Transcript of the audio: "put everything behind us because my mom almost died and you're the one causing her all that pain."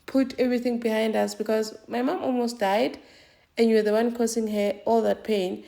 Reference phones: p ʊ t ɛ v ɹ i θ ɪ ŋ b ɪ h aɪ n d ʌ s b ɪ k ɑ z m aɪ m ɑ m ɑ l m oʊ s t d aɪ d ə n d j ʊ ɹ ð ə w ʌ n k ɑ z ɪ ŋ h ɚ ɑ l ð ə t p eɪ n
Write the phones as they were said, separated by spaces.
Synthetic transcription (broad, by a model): p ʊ t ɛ v ɹ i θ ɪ ŋ b ɪ h aɪ n d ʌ s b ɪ k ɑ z m aɪ m ɑ m ɑ l m oʊ s t d aɪ d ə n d j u w ð ə w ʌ n k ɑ s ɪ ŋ h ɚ ɑ l ð ə t p eɪ n